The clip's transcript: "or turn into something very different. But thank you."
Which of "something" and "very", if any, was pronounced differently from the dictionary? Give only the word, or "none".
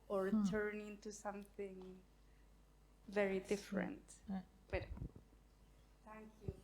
none